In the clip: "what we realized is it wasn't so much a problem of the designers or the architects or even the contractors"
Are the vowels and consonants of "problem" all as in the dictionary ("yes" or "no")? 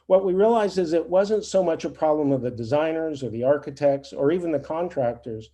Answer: yes